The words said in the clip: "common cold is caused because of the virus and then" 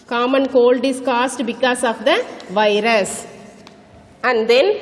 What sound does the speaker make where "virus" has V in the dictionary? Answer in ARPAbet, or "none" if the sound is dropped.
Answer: V